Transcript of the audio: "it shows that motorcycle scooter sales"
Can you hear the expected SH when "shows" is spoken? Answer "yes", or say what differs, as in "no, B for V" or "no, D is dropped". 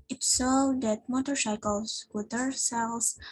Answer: no, S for SH